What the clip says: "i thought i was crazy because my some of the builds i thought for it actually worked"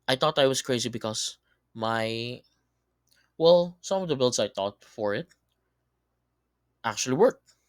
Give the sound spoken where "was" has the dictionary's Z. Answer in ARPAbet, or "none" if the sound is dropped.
S